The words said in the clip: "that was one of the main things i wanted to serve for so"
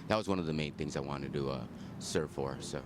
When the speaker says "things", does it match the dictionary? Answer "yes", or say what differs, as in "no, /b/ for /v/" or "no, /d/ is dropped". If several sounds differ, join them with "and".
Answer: yes